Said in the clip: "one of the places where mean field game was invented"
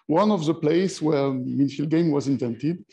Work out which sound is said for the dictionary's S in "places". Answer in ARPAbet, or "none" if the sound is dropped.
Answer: none